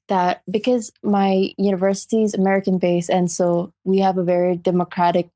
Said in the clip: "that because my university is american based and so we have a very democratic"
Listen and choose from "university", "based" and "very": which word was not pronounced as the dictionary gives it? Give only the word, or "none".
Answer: based